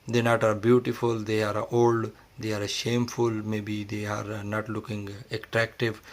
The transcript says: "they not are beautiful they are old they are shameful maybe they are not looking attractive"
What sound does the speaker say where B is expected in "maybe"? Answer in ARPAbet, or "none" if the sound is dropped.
B